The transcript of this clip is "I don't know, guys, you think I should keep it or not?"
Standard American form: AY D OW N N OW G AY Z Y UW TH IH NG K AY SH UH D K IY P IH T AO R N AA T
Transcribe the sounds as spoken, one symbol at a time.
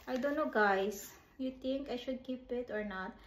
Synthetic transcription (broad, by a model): AY D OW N N OW G AY S Y UW T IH NG K AY SH UH D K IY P IH T AO R N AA T